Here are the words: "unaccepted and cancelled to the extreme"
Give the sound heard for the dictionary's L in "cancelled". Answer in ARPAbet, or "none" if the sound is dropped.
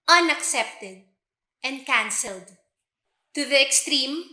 L